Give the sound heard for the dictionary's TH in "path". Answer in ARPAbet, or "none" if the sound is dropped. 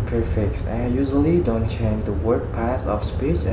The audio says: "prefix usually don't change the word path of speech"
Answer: S